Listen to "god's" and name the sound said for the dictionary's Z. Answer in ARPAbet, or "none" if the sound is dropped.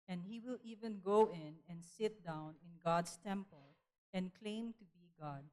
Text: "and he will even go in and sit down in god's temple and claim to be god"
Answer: S